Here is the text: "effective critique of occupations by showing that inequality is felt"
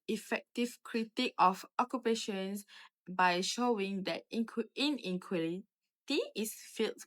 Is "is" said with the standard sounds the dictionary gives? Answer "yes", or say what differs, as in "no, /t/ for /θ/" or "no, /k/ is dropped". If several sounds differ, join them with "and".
no, /s/ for /z/